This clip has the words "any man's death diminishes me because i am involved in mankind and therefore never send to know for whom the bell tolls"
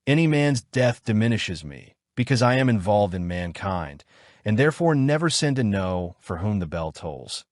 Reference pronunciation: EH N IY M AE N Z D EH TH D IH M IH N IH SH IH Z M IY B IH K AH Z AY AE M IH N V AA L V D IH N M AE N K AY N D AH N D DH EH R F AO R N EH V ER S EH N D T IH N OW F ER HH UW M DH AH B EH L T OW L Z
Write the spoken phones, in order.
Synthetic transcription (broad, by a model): EH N IY M AE N Z D EH TH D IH M IH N IH SH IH Z M IY B IH K AH Z AY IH M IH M V AA L V D IH N M AE N K AY N D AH N DH EH R F AO R N EH V ER S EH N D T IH N OW F ER HH UW M DH AH B EH L T OW L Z